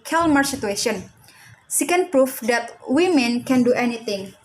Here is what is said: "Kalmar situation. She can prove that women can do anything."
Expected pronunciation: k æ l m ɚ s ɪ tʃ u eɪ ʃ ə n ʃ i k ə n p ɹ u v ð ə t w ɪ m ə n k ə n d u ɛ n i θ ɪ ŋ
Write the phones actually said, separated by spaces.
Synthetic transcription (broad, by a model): k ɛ l m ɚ s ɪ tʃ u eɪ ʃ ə n s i k ə n p ɹ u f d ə t w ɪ m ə n k ə n d u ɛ n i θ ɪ ŋ